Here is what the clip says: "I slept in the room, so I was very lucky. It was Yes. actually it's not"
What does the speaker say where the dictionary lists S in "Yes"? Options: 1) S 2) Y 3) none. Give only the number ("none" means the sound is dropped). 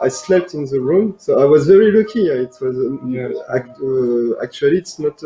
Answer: 3